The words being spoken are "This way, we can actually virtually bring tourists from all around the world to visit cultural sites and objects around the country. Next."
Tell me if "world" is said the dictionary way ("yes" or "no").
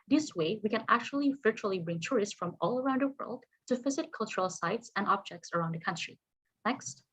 yes